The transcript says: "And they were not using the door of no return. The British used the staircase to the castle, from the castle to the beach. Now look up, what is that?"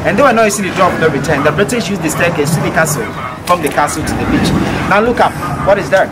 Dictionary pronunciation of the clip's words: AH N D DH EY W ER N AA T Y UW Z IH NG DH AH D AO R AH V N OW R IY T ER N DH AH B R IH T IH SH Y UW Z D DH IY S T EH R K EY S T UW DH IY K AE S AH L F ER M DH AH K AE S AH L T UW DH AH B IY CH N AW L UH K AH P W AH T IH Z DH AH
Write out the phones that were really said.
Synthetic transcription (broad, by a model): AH N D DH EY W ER N AA T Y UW S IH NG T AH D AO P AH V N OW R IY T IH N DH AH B R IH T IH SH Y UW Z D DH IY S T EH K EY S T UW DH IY K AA S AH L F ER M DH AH K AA S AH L T UW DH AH B IY CH N AW L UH K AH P W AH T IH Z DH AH